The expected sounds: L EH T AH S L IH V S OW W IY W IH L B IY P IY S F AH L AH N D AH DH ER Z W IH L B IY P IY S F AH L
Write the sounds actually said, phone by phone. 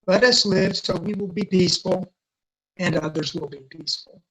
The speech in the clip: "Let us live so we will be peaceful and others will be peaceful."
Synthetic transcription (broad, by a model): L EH T AH S L IH V S OW W IY W IH L B IY P IY S F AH L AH N AH DH ER Z W IH L B IY P IY S F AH L